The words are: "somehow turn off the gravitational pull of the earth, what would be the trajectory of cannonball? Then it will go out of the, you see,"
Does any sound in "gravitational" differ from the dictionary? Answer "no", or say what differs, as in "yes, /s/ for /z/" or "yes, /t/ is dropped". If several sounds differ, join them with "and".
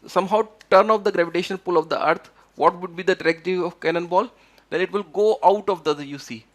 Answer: yes, /n/ is dropped and /n/ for /l/